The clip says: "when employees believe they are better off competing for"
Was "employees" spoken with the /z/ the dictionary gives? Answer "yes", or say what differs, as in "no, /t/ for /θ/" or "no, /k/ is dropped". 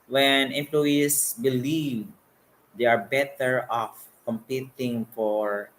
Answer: no, /s/ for /z/